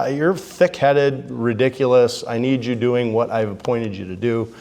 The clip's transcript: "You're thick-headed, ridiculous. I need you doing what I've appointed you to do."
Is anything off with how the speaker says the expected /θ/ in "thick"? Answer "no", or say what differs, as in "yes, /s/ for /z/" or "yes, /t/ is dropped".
no